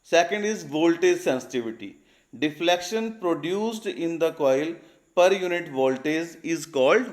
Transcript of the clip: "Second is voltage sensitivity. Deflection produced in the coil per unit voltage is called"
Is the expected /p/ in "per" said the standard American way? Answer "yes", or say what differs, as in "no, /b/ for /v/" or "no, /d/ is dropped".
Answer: yes